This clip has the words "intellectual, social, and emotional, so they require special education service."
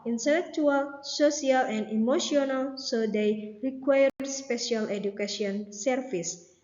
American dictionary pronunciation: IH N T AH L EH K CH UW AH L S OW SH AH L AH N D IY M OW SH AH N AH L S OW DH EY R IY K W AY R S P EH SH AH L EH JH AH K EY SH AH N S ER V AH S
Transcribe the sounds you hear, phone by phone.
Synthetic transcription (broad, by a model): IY N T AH L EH K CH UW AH L S OW S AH L AH N D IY M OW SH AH N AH L S OW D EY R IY K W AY R S P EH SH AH L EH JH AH K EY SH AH N S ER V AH S